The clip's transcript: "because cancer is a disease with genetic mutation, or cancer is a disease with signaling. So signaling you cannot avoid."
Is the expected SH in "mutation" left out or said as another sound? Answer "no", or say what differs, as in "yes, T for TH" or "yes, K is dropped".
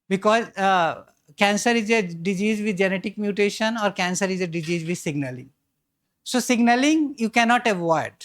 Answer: no